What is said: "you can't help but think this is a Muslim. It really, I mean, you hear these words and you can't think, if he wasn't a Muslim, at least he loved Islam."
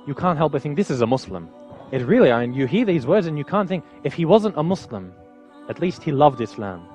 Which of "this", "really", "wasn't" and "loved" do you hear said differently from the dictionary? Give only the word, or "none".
none